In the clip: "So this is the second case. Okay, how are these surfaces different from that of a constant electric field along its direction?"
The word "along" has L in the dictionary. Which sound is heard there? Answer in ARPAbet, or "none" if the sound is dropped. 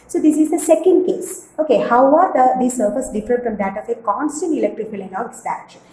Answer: N